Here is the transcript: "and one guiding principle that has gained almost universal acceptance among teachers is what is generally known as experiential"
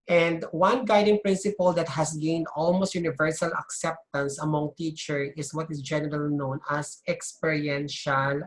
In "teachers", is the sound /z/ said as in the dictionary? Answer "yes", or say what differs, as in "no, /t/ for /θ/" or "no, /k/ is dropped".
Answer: no, /z/ is dropped